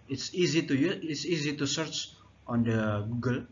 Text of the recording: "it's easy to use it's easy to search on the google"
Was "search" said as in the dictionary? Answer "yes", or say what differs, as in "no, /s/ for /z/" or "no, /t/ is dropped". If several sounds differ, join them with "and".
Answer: yes